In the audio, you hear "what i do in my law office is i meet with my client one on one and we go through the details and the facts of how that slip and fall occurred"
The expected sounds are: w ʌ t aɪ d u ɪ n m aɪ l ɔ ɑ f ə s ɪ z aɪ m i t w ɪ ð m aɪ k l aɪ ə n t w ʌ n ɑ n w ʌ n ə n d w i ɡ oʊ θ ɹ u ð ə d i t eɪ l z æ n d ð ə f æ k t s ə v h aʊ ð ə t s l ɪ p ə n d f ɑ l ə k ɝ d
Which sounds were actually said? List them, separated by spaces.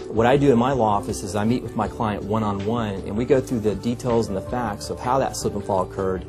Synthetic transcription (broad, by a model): w ʌ t aɪ d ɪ ɪ n m aɪ l ɔ ɑ f ə s ɪ z aɪ m i t w ɪ ð m aɪ k l aɪ ə n t w ʌ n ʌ n w ʌ n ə n w i ɡ oʊ θ ɹ u ð ə d i t eɪ l z n ð ə f æ k t s ə v h aʊ ð ə t s ɪ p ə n f ɑ l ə k ɝ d